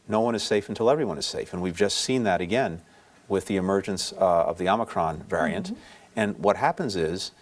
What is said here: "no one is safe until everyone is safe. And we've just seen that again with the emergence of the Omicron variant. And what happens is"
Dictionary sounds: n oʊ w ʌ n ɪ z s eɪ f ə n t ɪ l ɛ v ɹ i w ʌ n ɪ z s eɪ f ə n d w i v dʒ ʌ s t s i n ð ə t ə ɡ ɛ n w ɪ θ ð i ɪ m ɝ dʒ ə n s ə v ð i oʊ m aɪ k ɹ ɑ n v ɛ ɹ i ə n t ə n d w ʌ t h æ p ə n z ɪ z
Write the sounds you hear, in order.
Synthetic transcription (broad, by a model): n oʊ w ʌ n ɪ z s eɪ f n t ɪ l ɛ v ɹ i w ʌ n ɪ z s eɪ f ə n w i v dʒ ʌ s t s i n ð ə t ə ɡ ɛ n w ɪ ð i ɪ m ɝ dʒ ə n s ə v ð i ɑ m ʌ k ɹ ɑ n v ɛ ɹ i ə n t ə n w ʌ t h æ p ə n z ɪ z